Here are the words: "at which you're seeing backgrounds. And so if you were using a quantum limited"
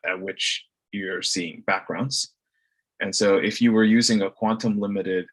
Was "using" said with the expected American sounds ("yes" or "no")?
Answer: yes